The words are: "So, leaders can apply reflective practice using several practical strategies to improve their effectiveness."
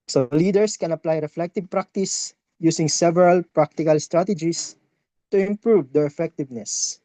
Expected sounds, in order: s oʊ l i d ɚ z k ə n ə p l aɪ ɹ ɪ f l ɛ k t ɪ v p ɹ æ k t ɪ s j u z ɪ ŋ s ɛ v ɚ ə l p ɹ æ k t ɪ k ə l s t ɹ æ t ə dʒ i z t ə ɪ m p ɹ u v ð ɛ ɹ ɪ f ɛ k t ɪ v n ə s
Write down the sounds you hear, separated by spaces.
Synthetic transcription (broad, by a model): s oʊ l i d ɚ s k ə n ə p l aɪ ɹ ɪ f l ɛ k t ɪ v p ɹ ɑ k t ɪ s j u s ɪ ŋ s ɛ v ɚ ə l p ɹ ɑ k t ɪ k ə l s t ɹ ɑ t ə dʒ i s t ə ɪ m p ɹ u v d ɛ ɹ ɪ f ɛ k t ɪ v n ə s